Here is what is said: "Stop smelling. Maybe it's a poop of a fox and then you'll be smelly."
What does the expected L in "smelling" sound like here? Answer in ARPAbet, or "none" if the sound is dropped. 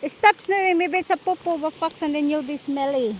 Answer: W